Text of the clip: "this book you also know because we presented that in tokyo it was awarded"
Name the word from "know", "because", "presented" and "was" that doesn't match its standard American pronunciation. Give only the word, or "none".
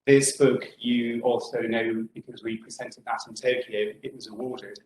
none